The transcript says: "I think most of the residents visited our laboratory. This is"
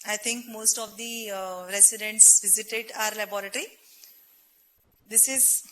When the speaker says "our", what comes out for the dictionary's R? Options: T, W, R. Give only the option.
R